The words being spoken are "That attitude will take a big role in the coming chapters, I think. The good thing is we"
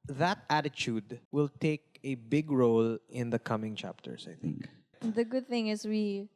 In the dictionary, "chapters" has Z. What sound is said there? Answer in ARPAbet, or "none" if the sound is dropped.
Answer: S